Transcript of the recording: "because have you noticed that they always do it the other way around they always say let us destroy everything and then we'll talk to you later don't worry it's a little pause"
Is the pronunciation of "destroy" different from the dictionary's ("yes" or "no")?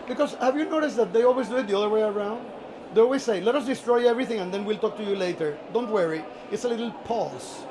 no